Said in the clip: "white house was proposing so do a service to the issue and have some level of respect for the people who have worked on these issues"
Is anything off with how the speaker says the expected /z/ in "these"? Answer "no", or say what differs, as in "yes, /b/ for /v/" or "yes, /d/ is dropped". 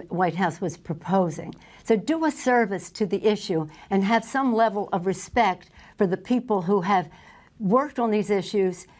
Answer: no